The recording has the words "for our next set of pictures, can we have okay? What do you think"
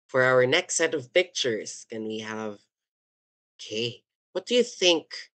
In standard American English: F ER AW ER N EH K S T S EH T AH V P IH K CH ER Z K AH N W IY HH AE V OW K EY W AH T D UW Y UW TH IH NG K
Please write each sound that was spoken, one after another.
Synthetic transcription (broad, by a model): F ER AW ER N EH K S T S EH T AH V P IH K CH ER Z K AH N W IY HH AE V OW K EY W AH T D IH Y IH TH IH NG K